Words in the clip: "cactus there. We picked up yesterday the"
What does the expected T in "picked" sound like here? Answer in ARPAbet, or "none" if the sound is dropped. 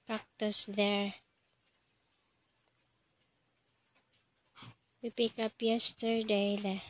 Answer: none